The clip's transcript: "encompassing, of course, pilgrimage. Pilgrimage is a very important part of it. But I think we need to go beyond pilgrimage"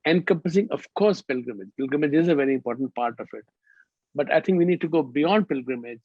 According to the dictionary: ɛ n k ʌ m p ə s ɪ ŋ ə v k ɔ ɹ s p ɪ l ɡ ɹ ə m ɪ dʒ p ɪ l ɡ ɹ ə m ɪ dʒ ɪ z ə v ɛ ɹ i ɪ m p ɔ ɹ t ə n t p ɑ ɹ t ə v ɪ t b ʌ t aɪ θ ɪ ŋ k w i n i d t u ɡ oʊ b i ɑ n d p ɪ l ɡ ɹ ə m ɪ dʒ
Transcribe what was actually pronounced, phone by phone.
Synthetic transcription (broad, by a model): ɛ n k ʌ m p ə s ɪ ŋ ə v k ɔ ɹ s p ɪ l ɡ ɹ ə m ɪ dʒ p ɪ l ɡ ɹ ə m ɪ dʒ ɪ z ə v ɛ ɹ i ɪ m p ɔ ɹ t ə n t p ɑ ɹ t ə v ɪ t b ʌ t aɪ t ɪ ŋ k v i n i d t u ɡ oʊ b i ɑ n d p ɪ l ɡ ɹ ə m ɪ dʒ